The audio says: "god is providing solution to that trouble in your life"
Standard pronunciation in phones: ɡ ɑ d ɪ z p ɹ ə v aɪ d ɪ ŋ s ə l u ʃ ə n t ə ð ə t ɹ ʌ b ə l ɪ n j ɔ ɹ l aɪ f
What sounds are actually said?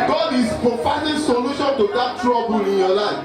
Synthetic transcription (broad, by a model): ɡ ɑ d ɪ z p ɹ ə f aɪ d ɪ s ə l u ʃ ə n t ə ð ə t ɹ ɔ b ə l ɪ n j ɔ l aɪ f